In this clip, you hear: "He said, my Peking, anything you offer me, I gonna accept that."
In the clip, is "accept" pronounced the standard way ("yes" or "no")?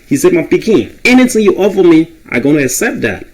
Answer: yes